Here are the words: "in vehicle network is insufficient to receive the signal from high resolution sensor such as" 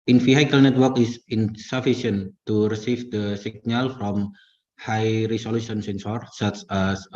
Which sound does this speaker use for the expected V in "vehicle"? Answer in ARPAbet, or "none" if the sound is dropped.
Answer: F